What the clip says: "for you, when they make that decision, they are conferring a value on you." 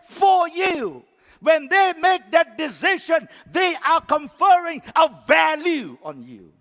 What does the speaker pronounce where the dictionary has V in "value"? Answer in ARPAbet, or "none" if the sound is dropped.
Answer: V